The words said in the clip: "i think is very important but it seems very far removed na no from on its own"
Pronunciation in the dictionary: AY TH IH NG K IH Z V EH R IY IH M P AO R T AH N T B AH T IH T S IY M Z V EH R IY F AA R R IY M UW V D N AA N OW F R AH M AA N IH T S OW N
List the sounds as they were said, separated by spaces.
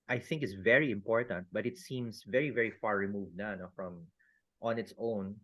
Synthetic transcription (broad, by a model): AY TH IH NG K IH S V EH R IY IH M P AO R T AH N T B AH T IH T S IY M S V EH R IY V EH R R IY M UW V D N AA N OW F R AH M AA N IH T S OW N